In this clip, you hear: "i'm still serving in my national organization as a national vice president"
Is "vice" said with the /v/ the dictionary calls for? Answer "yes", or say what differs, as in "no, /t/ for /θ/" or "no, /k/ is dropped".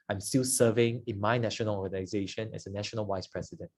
no, /w/ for /v/